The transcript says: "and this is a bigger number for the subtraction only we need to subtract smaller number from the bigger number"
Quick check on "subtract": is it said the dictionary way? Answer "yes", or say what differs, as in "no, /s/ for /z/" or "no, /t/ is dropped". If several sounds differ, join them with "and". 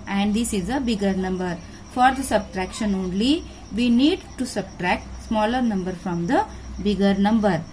yes